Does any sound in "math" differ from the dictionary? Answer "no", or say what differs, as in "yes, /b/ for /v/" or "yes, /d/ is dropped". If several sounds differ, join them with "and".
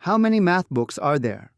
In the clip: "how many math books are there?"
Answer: no